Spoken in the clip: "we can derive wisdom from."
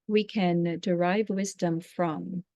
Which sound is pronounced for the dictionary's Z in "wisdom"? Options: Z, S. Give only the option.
Z